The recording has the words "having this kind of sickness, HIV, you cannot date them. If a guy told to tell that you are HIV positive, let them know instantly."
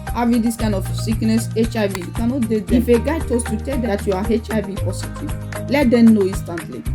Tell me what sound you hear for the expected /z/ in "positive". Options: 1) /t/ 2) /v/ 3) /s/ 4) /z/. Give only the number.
3